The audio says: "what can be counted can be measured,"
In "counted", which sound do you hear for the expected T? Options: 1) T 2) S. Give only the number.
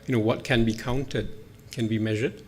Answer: 1